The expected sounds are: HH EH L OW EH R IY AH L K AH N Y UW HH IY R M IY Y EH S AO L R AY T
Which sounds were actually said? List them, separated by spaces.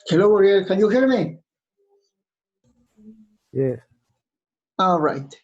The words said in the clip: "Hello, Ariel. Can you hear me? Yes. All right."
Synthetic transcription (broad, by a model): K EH L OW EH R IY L K AH N Y UW HH IY R M IY Y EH AO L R AY T